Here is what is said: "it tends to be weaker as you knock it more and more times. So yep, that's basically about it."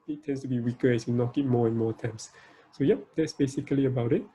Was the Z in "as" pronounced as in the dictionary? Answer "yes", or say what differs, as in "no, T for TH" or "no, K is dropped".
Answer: no, S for Z